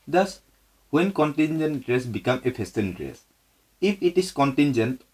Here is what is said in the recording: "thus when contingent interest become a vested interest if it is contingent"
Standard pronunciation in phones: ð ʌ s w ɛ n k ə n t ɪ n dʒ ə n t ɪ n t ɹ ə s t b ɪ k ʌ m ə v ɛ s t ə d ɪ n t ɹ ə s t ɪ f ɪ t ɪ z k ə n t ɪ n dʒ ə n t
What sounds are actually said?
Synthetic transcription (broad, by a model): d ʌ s w ɛ n k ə n t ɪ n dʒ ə n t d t ɹ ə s b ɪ k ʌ m ə p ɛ s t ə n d ɹ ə s ɪ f ɪ t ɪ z k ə n t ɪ n dʒ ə n t